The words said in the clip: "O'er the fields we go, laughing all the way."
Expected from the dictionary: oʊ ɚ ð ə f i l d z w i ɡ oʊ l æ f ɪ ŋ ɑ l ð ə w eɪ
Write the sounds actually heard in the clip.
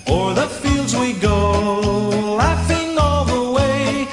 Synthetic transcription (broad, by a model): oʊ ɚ ð ə f i l d z w i ɡ oʊ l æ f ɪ ŋ ɑ l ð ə w eɪ